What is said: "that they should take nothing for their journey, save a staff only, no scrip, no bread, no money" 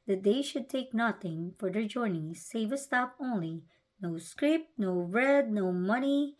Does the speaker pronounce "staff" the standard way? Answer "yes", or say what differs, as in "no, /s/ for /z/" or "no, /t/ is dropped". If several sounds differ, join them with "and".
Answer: no, /p/ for /f/